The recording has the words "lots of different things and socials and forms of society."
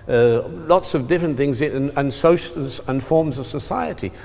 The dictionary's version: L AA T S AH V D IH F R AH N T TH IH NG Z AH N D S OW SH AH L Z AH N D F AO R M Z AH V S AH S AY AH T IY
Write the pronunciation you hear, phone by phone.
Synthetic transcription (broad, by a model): L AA T S AH V D IH F R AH N TH IH NG Z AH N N S OW SH L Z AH N F AO R M Z AH V S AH S AY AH T IY